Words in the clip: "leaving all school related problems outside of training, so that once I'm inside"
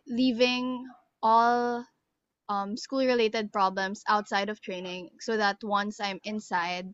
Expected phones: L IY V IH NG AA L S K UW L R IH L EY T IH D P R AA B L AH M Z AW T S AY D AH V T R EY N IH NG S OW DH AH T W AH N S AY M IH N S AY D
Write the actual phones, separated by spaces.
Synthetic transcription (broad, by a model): L IY V IH NG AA L S K UW L R IH L EY T IH D P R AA B L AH M S AW T S AY D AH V T R EY N IH NG S OW DH AH T W AH N S AY M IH N S AY D